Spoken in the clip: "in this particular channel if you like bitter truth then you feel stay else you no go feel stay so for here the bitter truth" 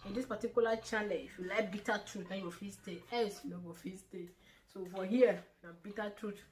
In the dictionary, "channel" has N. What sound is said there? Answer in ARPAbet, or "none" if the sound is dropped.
L